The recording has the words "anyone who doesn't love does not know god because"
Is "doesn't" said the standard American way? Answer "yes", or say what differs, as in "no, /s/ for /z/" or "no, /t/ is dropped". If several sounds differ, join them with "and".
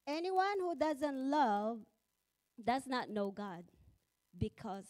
yes